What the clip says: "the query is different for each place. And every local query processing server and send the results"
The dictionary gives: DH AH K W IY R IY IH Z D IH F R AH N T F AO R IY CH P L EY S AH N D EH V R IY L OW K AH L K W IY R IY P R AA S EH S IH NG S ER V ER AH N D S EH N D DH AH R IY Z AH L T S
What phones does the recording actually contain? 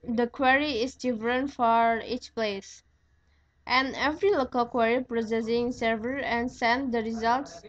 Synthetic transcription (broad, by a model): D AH K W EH R IY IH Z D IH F R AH N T F AO R IY CH P L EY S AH N EH V R IY L OW K AH L K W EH R IY P R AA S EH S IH NG S ER V ER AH N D S EH N D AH R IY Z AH L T S